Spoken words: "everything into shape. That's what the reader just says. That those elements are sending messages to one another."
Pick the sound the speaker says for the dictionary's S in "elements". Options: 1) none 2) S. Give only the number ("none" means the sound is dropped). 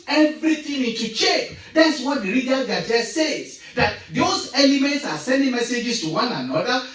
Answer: 2